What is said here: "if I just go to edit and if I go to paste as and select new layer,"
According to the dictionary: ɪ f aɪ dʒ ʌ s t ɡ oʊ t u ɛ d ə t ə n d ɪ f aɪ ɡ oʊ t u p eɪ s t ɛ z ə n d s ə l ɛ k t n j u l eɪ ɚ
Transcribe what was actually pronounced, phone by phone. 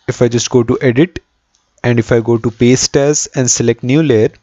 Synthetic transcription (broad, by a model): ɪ f aɪ dʒ ʌ s t ɡ oʊ t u ɛ d ə t ə n d ɪ f aɪ ɡ oʊ t u p eɪ s t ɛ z ə n d s ə l ɛ k t n j u l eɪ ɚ